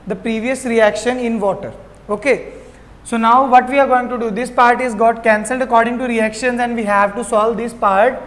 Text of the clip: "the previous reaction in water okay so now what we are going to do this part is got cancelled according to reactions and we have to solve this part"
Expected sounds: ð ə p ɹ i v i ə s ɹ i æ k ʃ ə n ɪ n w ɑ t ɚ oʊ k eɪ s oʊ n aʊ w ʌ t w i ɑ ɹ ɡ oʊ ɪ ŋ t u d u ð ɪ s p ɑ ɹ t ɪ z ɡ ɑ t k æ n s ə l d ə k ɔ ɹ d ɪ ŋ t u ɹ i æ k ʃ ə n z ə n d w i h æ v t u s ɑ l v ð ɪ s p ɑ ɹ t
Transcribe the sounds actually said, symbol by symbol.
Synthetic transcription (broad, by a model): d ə p ɹ i v i ə s ɹ i æ k ʃ ə n ɪ n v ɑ t ɚ oʊ k eɪ s oʊ n aʊ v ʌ t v i ɑ ɹ ɡ oʊ ɪ ŋ t u d u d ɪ s p ɑ ɹ t ɪ z ɡ ɑ t k æ n s ə l d ə k ɔ ɹ d ɪ ŋ t u ɹ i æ k ʃ ə n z ə n d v i h æ v t u s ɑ l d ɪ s p ɑ ɹ t